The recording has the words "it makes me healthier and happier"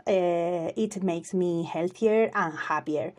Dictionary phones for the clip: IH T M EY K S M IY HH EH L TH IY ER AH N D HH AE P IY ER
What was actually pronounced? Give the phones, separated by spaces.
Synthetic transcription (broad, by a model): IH T M EY K S M IY HH EH L TH IY ER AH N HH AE P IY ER